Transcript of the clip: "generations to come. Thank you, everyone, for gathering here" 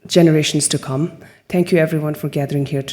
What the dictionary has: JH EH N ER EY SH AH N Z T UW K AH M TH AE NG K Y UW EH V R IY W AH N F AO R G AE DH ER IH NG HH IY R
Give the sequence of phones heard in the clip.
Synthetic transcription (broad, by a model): JH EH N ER EY SH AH N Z T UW K AH M T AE NG K Y UW EH V R IY W AH N F AO R G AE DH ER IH NG HH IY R